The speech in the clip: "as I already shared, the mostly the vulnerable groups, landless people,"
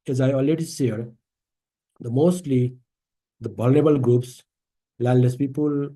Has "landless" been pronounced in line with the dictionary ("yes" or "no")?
no